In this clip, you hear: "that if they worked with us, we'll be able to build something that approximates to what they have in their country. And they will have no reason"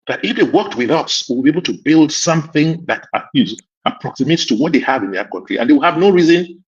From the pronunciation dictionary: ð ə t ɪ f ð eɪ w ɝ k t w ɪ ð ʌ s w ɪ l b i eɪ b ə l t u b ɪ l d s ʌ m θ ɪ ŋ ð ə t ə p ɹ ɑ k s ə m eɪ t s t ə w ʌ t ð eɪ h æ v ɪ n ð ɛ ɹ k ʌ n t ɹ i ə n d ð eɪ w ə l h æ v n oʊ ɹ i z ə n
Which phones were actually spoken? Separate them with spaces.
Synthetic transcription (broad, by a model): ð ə t ɪ f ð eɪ w ɝ k t w ɪ ð ʌ s w ɪ l b i eɪ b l t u b ɪ l d s ʌ m θ ɪ ŋ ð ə t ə p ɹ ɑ k s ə m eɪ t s t ə w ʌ t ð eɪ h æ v ɪ n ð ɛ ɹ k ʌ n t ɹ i ə n d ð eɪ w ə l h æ v n oʊ ɹ i z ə n